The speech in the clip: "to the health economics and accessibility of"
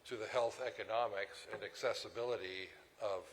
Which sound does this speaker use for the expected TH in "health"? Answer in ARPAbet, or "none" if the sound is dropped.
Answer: TH